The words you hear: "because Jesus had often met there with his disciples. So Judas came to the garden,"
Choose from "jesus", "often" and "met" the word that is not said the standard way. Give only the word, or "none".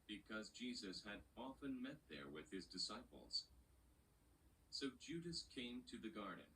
none